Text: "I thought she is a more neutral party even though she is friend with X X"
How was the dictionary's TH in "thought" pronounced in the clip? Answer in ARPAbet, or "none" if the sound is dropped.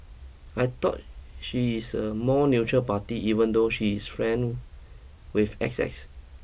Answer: T